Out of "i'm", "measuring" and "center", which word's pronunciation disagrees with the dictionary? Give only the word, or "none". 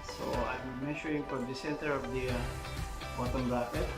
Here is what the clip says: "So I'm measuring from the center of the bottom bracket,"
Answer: measuring